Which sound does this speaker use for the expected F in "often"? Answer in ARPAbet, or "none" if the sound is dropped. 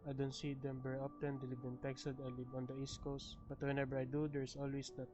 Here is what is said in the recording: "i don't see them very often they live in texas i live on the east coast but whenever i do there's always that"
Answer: P